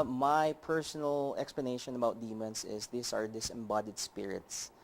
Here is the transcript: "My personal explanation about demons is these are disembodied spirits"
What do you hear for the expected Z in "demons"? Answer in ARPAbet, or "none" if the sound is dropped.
S